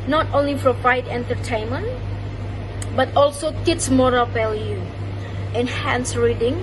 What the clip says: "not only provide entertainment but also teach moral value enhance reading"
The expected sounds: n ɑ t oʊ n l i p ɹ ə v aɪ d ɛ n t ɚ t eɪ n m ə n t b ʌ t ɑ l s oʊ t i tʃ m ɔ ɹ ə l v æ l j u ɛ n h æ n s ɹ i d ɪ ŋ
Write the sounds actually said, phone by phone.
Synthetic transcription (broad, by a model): n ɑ t oʊ n l i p ɹ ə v aɪ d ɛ n t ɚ t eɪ n m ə n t b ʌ t ɑ l s oʊ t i s m ɔ ɹ ə l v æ l j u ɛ n h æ n s ɹ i d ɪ ŋ